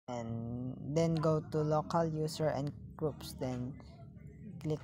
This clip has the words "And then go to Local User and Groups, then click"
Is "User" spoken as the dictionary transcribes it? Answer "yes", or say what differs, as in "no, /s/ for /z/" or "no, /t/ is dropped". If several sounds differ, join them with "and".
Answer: no, /s/ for /z/